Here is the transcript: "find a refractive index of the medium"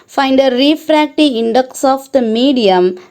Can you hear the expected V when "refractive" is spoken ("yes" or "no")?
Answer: no